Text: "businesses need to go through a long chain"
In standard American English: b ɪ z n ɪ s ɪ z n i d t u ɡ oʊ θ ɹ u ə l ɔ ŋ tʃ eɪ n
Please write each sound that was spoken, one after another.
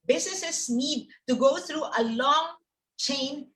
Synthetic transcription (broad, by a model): b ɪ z n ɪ s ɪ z n i d t u ɡ oʊ t ɹ u ə l ɔ ŋ tʃ eɪ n